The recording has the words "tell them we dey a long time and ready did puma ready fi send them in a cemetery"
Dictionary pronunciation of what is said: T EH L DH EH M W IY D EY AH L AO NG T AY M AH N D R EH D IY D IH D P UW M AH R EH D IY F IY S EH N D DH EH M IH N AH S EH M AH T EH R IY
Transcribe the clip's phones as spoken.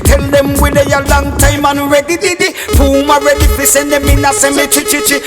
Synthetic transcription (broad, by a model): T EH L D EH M W IY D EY AH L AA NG T AY M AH N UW R EH D IY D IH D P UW M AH R EH D IY P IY S EH N D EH M IH N AH S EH M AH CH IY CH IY